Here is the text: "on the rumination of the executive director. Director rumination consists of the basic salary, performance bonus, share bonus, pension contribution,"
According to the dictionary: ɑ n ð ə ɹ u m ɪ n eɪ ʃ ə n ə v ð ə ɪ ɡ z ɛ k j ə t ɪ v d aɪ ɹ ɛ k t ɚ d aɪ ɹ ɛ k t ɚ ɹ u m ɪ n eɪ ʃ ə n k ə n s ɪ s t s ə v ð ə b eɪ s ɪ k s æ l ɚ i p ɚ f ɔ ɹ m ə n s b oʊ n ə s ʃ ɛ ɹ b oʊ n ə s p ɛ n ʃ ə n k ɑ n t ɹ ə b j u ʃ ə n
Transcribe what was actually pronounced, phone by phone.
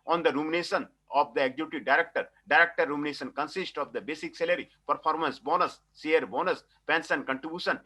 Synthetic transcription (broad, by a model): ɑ n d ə ɹ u m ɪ n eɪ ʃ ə n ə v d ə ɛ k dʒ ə t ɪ d aɪ ɹ ɛ k t ɚ d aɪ ɹ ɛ k t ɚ ɹ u m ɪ n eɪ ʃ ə n k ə n s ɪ s t ə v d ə b eɪ s ɪ k s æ l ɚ i p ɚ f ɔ ɹ m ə n s b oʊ n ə s s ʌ ɹ b oʊ n ə s p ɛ n s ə n k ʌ n t ɹ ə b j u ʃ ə n